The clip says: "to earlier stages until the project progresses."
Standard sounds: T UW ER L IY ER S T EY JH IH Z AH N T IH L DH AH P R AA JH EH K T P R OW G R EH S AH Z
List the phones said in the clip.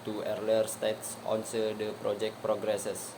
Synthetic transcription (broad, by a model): T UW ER L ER S T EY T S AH N S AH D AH P R AA JH EH K T P R OW G R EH S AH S